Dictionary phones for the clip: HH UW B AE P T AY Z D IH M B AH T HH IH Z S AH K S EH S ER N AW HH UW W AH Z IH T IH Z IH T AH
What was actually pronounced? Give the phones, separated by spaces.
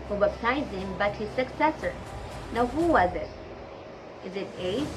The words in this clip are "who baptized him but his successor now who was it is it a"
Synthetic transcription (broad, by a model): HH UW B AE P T AY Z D IH M B AH T HH IH Z S AH K S EH S ER N AW HH UW W AH Z IH T IH Z IH T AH